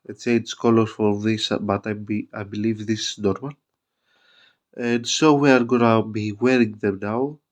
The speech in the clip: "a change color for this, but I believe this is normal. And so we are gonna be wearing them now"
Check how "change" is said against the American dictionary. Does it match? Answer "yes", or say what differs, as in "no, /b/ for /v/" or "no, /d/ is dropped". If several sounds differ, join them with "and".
no, /s/ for /tʃ/